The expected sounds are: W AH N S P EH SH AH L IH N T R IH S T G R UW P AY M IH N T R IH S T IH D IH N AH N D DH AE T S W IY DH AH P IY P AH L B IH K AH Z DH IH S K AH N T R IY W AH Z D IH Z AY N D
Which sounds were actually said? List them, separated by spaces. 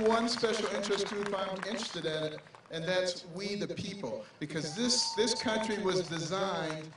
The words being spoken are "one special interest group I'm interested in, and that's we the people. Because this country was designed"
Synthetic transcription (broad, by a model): W AH N S P EH SH L IH N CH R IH S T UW F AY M IH N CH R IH S T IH D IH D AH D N DH AE T S W IY DH AH P IY P L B IH K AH Z DH IH S K AH N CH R IY W AH Z D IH Z AY N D